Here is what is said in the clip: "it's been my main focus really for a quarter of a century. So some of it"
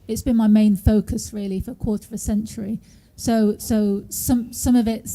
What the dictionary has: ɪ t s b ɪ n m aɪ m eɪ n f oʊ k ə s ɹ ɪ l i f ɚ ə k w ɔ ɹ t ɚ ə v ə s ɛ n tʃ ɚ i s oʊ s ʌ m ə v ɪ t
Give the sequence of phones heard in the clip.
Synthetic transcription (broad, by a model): ɪ t s b ɪ n m aɪ m eɪ n f oʊ k ə s ɹ ɪ l i f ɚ ə k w ɔ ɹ t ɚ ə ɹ ə s ɛ n tʃ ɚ i s oʊ s ʌ m ə v ɪ t